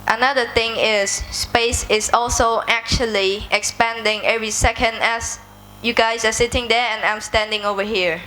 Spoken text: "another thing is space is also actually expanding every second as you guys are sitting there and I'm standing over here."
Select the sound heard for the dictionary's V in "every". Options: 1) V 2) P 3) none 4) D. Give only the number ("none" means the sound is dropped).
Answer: 1